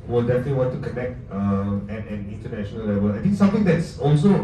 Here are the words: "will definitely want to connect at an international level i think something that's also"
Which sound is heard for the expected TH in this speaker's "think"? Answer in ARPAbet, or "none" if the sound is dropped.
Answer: T